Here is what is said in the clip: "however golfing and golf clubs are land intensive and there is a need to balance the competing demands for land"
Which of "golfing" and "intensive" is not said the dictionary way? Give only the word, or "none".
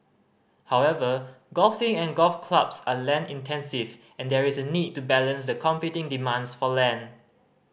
none